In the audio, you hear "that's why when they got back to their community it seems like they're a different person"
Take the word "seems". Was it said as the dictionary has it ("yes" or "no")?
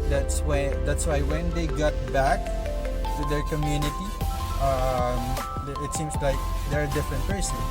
no